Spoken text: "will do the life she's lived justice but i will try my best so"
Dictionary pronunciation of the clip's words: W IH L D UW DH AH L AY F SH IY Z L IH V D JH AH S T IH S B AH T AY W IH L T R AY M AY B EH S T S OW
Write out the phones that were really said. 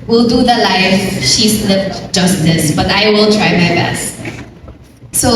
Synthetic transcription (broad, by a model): W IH L D UW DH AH L AY F SH IY S L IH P JH AH S T IH S B AH T AY W IH L T R AY M AY B EH S T S OW